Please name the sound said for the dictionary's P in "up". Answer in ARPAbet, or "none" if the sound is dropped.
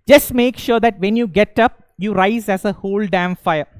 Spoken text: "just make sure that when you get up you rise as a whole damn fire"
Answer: P